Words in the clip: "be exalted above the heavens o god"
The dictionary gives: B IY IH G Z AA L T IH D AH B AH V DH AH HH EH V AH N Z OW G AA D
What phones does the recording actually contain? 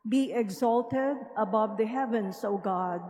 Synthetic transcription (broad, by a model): B IY IH G Z AA L T IH D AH B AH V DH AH HH EH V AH N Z OW G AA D